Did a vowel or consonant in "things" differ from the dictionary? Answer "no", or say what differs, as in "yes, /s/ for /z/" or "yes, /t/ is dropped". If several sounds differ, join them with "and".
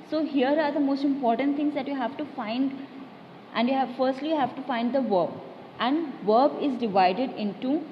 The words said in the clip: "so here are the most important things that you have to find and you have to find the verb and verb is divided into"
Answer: yes, /t/ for /θ/